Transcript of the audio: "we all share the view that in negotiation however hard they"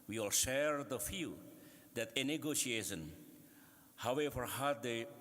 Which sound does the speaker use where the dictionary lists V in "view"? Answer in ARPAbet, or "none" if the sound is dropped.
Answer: F